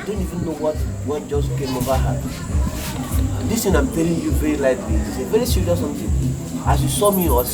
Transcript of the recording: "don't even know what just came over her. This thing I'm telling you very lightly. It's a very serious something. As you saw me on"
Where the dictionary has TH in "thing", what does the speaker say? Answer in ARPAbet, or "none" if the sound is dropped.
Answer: T